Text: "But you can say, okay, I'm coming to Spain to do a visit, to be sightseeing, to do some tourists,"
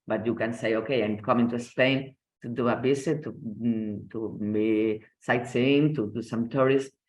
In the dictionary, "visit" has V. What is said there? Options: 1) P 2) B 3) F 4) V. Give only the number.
2